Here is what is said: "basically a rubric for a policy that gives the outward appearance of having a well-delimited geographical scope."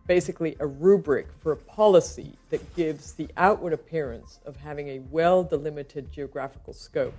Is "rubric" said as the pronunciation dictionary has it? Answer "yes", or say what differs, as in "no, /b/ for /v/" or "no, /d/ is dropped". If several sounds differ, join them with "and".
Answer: yes